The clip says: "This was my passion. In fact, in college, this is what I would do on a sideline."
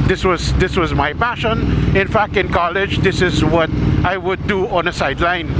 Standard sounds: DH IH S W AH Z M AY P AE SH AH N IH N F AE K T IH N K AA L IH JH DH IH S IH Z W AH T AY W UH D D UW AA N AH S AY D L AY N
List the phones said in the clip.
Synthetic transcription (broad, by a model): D IH S W AH Z M AY P AE SH AH N IH N F AE K T IH N K AA L IH JH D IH S IH Z W AH T AY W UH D D UW AA N AH S AY D L AY N